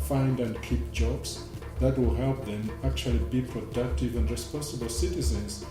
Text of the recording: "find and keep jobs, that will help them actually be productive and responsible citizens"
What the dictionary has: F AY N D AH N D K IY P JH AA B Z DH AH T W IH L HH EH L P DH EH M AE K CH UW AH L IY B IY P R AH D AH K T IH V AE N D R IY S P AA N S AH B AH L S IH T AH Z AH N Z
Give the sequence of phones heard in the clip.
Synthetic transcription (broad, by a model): F AY N D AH N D K IY P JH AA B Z DH AH T W IH L HH EH L P DH EH M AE K CH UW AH L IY B IY P R AH D AH K T IH V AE N D R IY S P AA N S AH B AH L S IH T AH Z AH N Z